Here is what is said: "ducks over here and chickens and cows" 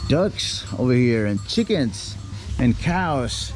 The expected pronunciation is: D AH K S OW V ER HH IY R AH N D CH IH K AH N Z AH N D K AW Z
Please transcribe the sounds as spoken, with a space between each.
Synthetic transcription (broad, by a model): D AH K S OW V ER HH IY R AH N CH IH K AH N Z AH N K AW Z